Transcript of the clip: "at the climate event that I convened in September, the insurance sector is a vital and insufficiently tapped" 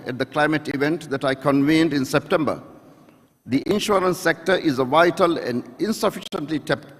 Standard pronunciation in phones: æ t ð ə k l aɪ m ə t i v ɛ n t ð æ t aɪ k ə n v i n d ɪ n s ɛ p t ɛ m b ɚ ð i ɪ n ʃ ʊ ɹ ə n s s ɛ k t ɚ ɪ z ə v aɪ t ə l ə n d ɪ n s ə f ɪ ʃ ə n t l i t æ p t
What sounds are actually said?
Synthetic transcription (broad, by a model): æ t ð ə k l aɪ m ə t i v ɛ n t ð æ t aɪ k ə n v i n d ɪ n s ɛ p t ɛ m b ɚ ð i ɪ n ʃ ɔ ɹ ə n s s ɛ k t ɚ ɪ z ə v aɪ t ə l ə n d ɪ n s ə f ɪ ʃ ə n t l i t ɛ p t